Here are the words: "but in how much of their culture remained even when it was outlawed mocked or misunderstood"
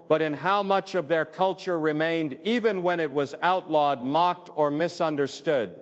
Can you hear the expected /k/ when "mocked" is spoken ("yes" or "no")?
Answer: yes